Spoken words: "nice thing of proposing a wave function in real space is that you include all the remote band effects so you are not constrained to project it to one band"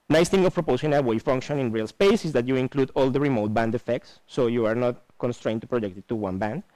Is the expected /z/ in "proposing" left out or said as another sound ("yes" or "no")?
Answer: yes